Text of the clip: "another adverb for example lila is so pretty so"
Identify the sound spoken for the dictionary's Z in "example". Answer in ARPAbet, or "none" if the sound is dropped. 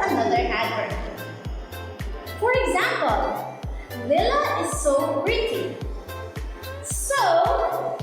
Z